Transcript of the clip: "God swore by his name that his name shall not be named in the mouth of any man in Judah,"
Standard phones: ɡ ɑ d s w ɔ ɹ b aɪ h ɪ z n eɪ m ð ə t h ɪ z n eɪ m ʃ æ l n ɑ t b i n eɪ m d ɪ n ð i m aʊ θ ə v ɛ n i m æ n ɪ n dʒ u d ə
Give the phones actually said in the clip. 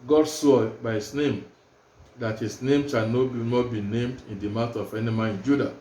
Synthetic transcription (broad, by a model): ɡ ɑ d s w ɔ b aɪ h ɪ s n eɪ m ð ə t h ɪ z n eɪ m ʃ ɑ n n ɑ t b i n eɪ m d ɪ n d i m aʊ t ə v ɛ n i m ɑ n ɪ n dʒ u d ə